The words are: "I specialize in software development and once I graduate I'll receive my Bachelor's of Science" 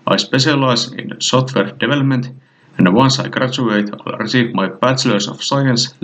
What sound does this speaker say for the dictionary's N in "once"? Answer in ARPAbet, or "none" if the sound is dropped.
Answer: N